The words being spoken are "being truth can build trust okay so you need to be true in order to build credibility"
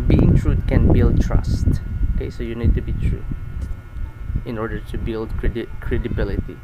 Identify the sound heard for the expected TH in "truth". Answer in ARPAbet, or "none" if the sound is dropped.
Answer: T